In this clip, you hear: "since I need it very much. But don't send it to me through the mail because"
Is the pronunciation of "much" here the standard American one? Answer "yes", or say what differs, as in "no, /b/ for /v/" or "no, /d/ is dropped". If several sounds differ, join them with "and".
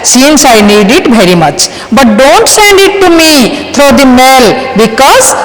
yes